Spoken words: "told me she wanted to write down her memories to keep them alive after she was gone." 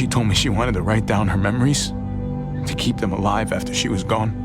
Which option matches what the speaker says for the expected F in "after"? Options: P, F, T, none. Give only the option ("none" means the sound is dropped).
F